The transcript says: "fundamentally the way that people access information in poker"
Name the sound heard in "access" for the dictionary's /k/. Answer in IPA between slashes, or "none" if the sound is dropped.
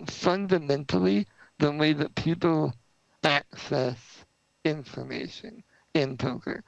/k/